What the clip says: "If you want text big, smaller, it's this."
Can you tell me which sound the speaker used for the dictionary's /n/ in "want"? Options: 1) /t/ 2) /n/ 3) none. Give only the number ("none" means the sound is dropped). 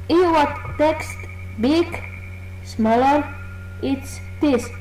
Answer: 3